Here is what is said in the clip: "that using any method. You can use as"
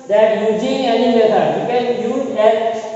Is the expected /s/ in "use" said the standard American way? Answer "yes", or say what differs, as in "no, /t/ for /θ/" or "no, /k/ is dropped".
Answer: no, /s/ is dropped